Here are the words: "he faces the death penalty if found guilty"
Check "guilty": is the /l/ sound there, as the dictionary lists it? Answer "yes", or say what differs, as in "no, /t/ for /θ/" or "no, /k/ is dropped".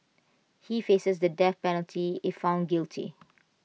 yes